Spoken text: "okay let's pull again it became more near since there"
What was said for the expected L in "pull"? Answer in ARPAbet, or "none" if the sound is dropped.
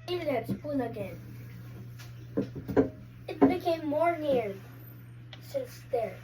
N